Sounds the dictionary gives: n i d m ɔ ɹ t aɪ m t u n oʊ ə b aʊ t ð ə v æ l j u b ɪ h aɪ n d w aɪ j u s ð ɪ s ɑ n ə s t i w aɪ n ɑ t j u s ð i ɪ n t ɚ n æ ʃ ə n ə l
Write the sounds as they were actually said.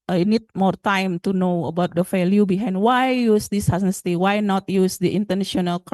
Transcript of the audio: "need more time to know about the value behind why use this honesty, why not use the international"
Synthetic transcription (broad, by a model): n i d m ɔ ɹ t aɪ m t u n oʊ ə b aʊ t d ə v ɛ l j u b ɪ h aɪ n d w aɪ j u s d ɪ s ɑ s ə s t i w aɪ n ɑ t j u s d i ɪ n t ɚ n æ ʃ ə n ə l